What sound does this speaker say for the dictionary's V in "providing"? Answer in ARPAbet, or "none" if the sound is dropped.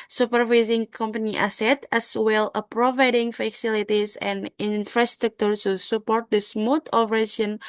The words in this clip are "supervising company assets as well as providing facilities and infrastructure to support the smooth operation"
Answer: V